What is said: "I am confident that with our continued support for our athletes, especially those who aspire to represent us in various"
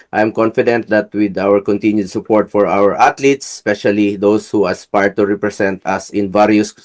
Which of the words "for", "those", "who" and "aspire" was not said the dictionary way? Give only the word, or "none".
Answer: those